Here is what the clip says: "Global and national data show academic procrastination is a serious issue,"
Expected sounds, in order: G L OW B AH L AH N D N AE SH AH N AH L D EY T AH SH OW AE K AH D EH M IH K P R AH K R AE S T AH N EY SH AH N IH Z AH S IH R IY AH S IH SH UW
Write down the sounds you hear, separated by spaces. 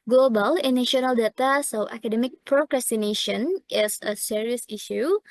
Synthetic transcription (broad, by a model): G L OW B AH L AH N N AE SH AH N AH L D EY T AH S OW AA K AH D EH M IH K P R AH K R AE S T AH N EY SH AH N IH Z AH S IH R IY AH S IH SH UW